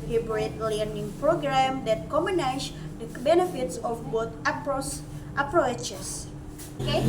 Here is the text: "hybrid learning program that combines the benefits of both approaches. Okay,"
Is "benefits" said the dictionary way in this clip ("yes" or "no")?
yes